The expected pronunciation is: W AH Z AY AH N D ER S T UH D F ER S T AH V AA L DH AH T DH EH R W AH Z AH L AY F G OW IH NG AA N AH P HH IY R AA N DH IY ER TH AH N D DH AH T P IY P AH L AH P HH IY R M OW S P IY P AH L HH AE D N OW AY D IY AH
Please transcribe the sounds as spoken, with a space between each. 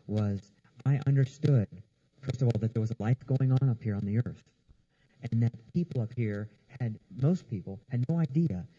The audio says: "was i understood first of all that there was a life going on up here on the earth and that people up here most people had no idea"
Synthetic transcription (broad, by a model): W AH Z AY AH N D ER S T UH D F ER S T AH V AA L DH AH T DH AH R W AH Z AH L AY F G OW IH NG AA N AH P HH IY R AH N DH IY ER TH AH N DH AH T P IY P L AH P HH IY R M OW S P IY P L HH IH D N OW AY D IY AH